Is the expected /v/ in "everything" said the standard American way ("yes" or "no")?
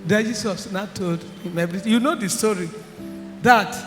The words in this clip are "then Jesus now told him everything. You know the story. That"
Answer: no